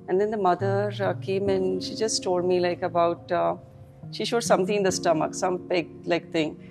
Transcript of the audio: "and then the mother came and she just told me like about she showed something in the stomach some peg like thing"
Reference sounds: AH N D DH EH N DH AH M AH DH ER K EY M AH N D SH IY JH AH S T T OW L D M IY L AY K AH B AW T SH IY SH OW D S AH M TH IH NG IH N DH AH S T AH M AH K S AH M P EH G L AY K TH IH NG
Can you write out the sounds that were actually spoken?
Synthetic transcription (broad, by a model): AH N D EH N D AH M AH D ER K EY M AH N SH IY JH AH S T T OW L D M IY L AY K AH B AW T SH IY SH OW D S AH M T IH IH N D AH S T AH M AH K S AH M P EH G L AY K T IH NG